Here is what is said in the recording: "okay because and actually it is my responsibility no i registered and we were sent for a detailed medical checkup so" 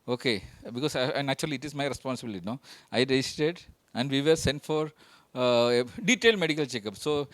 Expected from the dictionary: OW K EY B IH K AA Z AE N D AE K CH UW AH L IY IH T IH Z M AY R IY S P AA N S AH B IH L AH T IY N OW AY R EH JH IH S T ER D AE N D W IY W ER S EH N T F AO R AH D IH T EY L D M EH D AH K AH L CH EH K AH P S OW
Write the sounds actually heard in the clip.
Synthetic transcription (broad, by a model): OW K EY B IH K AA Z N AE CH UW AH L IY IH T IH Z M AY R IY S P AA N S AH B IH L AH T IY N OW AY R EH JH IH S T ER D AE N D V IY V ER S EH N T F AO R D IH T EY L D M EH D AH K AH L CH EH K AH P S OW